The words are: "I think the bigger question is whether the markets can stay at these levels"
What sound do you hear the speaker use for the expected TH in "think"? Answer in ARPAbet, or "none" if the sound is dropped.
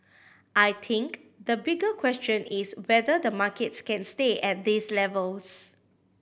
T